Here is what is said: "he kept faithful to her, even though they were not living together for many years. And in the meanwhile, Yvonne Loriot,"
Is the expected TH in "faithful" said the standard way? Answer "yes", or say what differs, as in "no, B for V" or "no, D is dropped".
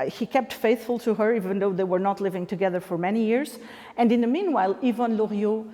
yes